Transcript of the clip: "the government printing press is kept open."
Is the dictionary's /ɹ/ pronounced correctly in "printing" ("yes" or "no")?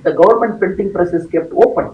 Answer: no